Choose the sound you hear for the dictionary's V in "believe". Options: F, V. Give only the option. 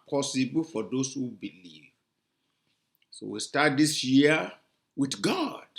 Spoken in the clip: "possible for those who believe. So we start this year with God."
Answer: V